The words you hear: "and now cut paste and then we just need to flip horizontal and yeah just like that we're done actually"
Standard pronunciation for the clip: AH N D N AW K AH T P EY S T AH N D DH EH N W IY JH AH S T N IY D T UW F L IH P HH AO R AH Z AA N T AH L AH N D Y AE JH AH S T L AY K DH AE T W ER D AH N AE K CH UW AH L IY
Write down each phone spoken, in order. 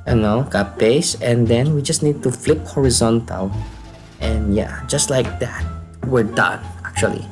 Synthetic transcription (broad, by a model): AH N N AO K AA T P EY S AH N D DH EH N W IY JH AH S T N IY D T UW F L IH P HH AO R AH Z AA N T AH L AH N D Y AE JH AH S T L AY K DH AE T W ER D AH N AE K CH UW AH L IY